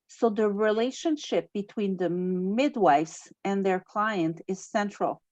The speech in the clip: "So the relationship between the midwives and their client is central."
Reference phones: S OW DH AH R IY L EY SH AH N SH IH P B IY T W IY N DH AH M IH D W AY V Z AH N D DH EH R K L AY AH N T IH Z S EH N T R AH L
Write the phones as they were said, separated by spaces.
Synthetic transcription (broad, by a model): S OW DH AH R IY L EY SH AH N SH IH P B IY T W IY N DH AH M IH D W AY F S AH N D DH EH R K L AY AH N T IH Z S EH N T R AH L